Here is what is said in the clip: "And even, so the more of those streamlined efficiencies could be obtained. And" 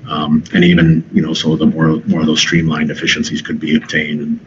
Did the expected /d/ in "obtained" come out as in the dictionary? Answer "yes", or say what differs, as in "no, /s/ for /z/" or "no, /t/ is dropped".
yes